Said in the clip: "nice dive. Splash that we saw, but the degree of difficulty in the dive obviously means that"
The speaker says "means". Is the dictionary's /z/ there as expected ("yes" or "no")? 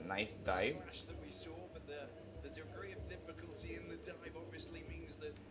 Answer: yes